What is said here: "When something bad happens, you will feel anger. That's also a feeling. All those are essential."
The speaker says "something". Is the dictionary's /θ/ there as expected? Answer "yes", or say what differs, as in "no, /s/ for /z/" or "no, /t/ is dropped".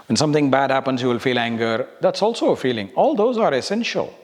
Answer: no, /t/ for /θ/